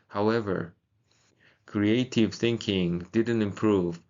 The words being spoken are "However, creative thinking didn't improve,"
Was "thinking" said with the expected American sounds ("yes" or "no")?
yes